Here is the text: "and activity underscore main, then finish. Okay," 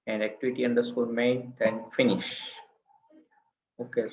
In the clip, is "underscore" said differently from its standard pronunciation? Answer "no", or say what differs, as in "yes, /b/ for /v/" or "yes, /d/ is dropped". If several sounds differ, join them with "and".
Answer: yes, /l/ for /ɹ/